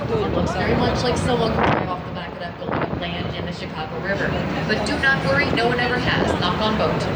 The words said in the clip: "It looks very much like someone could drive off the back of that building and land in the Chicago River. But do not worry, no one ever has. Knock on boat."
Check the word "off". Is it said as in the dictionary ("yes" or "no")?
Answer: yes